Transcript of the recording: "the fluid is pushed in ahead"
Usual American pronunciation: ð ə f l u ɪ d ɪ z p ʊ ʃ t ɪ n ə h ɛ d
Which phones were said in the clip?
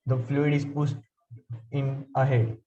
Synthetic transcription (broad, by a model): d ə f l u ɪ d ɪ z p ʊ s t ɪ n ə h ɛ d